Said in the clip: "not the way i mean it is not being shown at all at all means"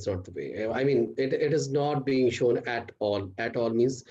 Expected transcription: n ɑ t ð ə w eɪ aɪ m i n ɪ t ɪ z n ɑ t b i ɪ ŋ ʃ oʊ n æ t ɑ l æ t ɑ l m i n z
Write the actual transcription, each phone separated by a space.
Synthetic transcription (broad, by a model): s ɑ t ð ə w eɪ aɪ m i n ɪ t ɪ z n ɑ t b i ɪ ŋ ʃ oʊ n æ t ɑ l æ t ɑ l m i n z